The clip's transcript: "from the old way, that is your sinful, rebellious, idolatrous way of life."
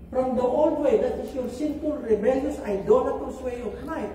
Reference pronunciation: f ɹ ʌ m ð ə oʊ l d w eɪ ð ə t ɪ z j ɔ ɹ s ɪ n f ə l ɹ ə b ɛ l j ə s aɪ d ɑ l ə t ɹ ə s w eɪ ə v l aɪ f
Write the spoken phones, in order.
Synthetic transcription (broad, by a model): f ɹ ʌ m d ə oʊ l d w eɪ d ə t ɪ s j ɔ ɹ s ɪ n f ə l ɹ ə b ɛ l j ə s aɪ d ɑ n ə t ə s w eɪ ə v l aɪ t